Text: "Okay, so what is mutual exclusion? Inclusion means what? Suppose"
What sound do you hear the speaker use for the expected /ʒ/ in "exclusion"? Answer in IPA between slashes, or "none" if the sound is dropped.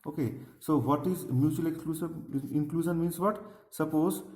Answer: /s/